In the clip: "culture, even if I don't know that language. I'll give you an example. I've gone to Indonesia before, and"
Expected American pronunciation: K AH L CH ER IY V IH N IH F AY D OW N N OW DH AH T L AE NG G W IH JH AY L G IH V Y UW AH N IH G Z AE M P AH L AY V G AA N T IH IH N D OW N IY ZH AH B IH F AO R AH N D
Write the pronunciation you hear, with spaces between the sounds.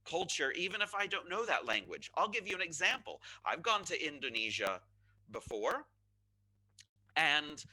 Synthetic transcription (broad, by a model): K AH L CH ER IY V IH N IH F AY D OW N N OW DH AH T L AE NG G W IH JH AY L G IH V Y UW AH N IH G Z AE M P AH L AY V G AA N T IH IH N D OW N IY ZH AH B IH F AO R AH N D